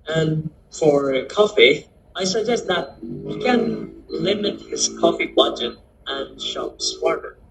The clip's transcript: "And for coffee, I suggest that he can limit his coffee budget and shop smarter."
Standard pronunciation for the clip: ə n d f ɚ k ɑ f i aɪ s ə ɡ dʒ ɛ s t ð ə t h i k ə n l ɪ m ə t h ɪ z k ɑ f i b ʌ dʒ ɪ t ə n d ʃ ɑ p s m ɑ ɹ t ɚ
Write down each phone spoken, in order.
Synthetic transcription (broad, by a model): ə n f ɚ k ɑ f i aɪ s ə ɡ dʒ ɛ s t ð ə t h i k ə n l ɪ m ə t h ɪ z k ɑ f i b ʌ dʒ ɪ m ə n ʃ ɑ p s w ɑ ɹ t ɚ